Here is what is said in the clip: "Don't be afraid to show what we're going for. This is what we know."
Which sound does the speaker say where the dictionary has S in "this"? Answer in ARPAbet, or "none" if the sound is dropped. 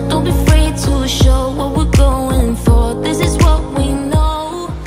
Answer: S